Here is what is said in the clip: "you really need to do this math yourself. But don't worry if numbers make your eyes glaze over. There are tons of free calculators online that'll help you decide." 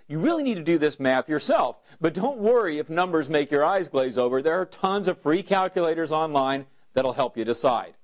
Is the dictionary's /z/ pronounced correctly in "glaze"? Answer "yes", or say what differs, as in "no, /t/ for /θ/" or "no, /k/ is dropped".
yes